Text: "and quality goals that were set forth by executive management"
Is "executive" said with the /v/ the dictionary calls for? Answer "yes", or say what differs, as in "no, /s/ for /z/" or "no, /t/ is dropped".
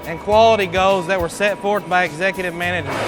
yes